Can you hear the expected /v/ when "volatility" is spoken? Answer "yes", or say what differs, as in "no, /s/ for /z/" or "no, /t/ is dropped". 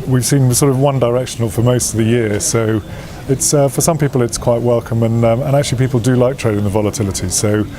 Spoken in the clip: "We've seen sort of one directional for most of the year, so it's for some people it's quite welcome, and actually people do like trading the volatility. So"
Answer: yes